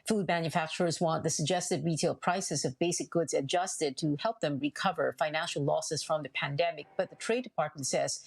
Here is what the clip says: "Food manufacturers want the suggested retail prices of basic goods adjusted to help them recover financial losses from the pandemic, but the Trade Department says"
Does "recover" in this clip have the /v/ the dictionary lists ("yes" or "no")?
yes